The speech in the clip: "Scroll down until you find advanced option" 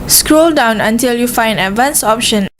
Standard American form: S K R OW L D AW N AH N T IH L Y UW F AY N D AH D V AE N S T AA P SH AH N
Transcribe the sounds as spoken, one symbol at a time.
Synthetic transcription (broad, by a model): S K R OW L D AW N AH N T IH L Y UW F AY N D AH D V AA N S AA P SH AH N